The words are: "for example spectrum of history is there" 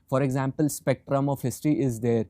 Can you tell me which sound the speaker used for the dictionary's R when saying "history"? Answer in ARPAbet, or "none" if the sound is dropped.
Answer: none